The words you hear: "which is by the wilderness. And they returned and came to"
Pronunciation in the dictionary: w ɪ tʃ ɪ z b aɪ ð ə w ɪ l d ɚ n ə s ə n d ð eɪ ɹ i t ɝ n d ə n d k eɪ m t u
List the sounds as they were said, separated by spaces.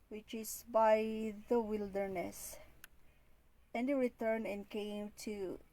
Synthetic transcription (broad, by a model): w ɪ tʃ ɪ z b aɪ ð ə w ɪ l d ɚ n ə s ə n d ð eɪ ɹ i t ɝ n ə n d k eɪ m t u